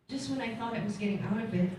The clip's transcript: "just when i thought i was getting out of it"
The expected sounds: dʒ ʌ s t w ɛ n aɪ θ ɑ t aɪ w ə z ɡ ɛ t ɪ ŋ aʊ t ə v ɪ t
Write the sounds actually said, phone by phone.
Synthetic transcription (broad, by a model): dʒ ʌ s t w ɛ n aɪ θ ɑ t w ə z ɡ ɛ t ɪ ŋ aʊ t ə b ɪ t